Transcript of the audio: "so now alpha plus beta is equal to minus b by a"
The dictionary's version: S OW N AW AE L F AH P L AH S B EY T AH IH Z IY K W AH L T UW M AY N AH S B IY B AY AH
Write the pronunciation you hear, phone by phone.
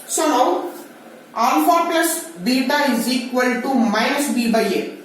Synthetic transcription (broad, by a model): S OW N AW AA N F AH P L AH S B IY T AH IH Z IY K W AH L T UW M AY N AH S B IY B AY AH